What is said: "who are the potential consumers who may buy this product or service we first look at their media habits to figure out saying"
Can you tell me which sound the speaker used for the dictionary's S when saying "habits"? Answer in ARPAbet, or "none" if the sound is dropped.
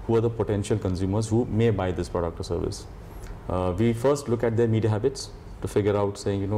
S